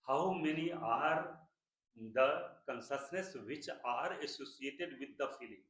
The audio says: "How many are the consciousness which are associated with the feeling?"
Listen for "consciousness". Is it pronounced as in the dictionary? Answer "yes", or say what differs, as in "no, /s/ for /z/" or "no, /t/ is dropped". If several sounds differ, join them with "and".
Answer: no, /s/ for /ʃ/